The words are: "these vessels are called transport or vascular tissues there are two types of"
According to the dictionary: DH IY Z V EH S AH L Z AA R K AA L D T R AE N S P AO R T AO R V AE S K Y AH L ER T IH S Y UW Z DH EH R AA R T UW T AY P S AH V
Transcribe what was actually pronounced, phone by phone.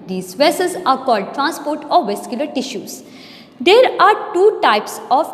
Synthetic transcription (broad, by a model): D IY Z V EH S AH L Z AA R K AA L D T R AE N S P AO R T AO R V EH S K Y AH L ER T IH SH Y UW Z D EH R AA R T UW T AY P S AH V